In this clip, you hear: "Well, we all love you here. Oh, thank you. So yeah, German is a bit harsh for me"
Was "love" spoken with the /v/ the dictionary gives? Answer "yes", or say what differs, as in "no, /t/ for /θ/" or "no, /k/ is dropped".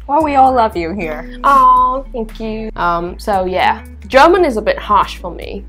yes